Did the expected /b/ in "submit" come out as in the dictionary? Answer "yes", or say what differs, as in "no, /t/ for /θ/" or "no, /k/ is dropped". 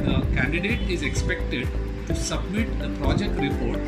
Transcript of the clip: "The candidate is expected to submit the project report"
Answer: yes